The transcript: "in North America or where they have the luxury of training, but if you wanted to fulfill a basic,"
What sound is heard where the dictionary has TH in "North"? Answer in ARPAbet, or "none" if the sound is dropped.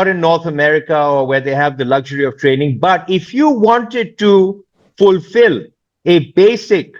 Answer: T